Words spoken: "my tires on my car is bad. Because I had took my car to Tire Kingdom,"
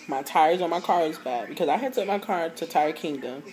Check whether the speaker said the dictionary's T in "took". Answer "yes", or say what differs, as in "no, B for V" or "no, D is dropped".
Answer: no, S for T